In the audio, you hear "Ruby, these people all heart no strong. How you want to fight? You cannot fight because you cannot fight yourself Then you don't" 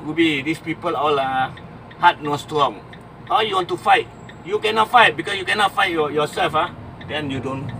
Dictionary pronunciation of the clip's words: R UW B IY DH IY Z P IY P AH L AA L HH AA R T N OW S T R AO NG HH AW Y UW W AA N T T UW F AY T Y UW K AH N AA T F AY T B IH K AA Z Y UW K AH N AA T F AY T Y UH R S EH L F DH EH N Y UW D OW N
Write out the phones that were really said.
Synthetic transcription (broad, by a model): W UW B IY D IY S P IY P AH L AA L HH AA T N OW S T R AO NG HH AW Y UW W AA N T T UW F AY T Y UW K AH N AA T F AY T B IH K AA S Y UW K AH N AA T F AY T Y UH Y S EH L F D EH N Y UW D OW N